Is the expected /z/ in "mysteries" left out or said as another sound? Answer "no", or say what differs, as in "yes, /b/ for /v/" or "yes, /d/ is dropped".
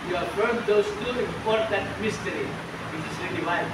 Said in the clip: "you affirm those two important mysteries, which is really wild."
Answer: yes, /z/ is dropped